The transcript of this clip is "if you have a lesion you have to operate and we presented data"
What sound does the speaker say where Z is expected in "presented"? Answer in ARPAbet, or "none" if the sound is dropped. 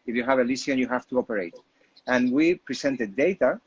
S